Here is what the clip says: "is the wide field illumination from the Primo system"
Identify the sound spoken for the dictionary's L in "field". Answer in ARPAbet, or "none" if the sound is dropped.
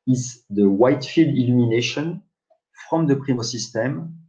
L